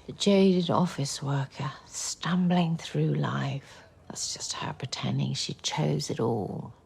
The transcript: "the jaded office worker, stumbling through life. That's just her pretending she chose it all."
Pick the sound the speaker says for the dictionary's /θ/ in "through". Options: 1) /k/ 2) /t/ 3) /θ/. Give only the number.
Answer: 3